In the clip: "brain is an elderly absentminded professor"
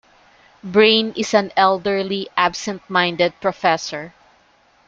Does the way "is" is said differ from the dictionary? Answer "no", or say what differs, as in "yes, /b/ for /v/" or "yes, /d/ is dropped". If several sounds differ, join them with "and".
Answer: yes, /s/ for /z/